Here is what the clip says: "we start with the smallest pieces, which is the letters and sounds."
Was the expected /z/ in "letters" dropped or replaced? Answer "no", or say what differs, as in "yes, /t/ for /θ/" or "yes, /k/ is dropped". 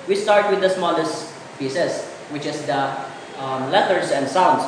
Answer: yes, /s/ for /z/